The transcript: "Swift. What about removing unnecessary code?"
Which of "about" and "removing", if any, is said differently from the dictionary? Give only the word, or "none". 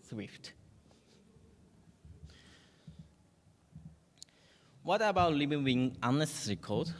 removing